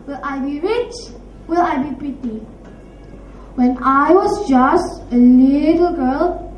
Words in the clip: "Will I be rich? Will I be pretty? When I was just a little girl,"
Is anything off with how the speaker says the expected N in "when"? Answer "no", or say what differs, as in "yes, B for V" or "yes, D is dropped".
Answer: no